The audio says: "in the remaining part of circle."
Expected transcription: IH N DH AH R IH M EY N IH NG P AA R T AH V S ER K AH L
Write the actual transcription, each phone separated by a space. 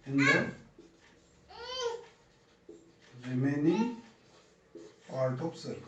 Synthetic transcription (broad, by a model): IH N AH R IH M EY N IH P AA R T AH P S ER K